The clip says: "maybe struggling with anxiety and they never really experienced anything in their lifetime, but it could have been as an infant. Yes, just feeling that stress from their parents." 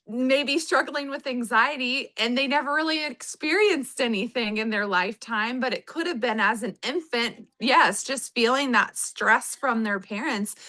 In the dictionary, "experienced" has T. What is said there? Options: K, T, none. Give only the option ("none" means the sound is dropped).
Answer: T